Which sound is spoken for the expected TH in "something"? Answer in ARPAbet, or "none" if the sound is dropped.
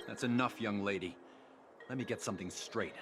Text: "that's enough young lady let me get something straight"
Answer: TH